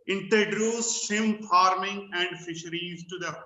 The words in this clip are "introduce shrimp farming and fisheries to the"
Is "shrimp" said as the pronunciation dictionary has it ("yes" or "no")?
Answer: no